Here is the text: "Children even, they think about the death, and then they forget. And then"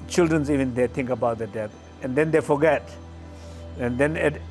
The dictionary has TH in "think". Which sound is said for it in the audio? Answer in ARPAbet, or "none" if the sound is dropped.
T